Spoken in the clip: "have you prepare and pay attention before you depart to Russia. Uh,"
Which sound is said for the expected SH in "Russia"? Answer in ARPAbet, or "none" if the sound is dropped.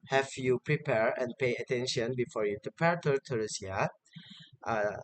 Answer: S